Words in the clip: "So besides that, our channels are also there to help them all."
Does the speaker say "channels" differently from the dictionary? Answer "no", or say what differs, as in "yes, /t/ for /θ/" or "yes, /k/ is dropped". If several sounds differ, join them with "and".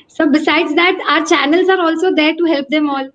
no